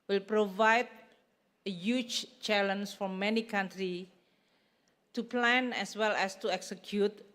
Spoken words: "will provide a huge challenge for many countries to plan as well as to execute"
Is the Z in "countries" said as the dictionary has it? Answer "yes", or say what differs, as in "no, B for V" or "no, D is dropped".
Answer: no, Z is dropped